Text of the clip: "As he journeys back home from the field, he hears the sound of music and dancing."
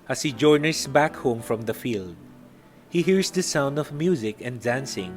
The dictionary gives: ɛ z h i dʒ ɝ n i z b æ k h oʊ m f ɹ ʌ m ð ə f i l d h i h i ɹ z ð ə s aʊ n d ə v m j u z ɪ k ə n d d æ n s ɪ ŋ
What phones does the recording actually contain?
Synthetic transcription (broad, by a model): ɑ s h i dʒ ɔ n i s b æ k h oʊ m f ɹ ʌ m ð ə f i l d h i h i ɹ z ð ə s aʊ n d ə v m j u z ɪ k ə n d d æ n s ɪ ŋ